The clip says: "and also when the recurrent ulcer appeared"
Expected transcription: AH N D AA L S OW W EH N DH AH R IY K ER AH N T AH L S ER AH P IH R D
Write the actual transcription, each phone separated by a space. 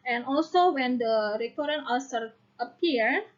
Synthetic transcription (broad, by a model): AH N AA L S OW W EH N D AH R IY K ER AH T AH N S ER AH P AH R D